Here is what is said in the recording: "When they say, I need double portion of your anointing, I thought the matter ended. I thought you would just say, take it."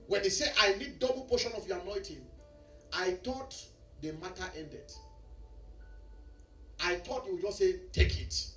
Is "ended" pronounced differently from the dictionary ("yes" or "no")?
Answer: no